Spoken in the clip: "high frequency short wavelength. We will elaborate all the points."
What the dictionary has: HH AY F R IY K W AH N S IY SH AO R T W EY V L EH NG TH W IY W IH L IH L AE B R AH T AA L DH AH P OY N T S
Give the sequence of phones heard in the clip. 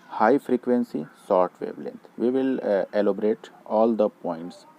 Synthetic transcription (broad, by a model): HH AY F R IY K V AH N S IY S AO R T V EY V L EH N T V IY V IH L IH L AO B R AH T AA L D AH P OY N T S